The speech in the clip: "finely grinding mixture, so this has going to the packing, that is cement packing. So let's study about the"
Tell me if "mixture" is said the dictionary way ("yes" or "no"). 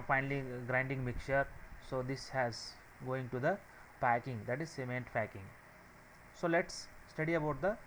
no